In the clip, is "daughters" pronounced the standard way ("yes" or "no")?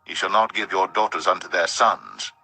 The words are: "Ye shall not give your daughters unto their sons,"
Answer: yes